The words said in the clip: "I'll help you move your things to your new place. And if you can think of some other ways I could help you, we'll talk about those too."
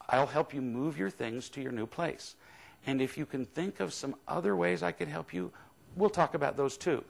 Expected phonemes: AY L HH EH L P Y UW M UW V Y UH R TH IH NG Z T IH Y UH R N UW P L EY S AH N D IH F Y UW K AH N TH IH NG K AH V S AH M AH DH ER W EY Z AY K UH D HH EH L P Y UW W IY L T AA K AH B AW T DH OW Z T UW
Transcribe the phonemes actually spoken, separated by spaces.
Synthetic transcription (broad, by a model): AY L HH EH L P Y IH M UW V Y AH R TH IH NG Z T IH Y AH R N UW P L EY S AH N IH F Y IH K AH N TH IH NG K AH V S AH M AH DH ER W EY Z AY K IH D HH EH L P Y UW W IY L T AA K AH B AW T DH OW Z T UW